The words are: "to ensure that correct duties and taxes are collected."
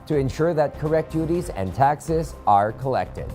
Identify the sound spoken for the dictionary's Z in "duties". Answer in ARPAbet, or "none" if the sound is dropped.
Z